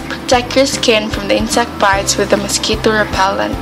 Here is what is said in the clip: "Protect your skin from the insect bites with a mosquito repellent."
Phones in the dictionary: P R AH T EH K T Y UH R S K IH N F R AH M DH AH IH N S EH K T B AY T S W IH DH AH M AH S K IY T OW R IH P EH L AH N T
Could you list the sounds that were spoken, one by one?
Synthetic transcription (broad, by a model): P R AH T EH K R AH S K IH N F R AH M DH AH IH N S EH K T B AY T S W IH DH AH M AH S K IY T OW R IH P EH L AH N